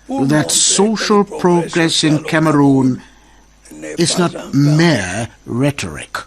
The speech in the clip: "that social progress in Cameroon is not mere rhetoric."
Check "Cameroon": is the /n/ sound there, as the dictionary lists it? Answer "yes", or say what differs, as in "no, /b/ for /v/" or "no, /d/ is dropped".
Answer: yes